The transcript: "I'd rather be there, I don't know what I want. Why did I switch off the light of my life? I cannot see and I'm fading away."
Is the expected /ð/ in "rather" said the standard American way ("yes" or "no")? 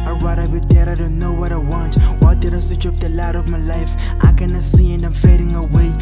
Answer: no